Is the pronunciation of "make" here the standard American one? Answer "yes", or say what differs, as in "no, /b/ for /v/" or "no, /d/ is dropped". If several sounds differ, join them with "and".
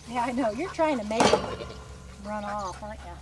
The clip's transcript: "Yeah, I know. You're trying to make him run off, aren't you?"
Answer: no, /k/ is dropped